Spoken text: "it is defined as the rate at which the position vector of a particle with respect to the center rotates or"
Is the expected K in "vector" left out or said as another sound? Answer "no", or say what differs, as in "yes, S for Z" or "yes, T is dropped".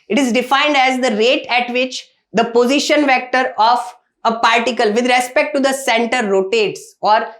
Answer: no